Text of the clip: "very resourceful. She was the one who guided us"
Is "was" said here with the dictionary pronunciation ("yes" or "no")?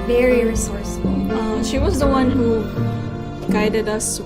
yes